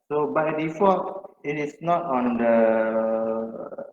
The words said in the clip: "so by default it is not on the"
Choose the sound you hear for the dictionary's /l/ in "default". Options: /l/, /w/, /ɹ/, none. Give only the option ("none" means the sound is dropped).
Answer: none